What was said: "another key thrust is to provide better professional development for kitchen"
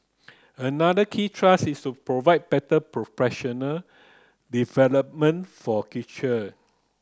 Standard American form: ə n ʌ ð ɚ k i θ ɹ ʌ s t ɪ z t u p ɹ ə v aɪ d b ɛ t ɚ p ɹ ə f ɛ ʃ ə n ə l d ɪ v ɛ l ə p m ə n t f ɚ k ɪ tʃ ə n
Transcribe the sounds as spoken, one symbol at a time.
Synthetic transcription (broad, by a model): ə n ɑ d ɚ k i t ɹ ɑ s ɪ s t u p ɹ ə v aɪ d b ɛ t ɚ p ɹ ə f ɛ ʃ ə n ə l d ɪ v ɛ l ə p m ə n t f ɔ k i tʃ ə